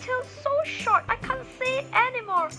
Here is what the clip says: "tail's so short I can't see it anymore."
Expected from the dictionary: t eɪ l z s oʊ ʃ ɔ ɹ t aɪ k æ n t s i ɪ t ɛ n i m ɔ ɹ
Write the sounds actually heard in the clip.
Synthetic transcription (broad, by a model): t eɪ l s oʊ ʃ ɔ ɹ t aɪ k æ n t s i t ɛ n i m ɔ ɹ